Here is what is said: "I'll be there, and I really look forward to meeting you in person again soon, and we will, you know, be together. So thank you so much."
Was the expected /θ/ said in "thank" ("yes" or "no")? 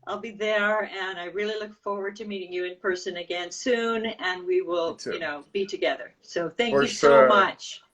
yes